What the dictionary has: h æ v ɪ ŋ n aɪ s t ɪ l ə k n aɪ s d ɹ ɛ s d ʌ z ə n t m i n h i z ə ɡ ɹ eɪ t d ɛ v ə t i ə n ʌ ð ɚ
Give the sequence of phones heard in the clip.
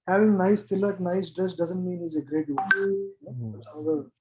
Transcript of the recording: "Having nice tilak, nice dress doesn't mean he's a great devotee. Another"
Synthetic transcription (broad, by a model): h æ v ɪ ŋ n aɪ s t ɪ l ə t n aɪ s d ɹ ɛ s d ʌ z ə n t m i n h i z ə ɡ ɹ eɪ t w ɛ ə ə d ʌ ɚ